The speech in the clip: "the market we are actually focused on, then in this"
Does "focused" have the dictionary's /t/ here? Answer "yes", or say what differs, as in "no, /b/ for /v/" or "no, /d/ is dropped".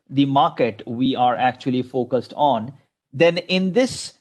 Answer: yes